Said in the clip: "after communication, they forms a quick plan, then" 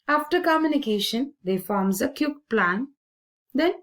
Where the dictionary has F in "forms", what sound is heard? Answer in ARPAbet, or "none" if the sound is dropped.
F